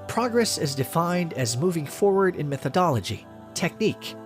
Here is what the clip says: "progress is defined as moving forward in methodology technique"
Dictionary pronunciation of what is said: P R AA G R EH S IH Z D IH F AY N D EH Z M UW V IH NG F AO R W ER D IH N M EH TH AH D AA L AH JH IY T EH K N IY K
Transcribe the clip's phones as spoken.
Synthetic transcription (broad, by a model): P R AA G R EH S IH Z D IH F AY N D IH Z M UW V IH NG F AO R W ER D IH N M EH TH AH D AA L AH JH IY T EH K N IY K